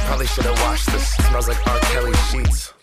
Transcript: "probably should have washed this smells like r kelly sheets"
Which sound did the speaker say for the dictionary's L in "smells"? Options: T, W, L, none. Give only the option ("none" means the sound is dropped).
none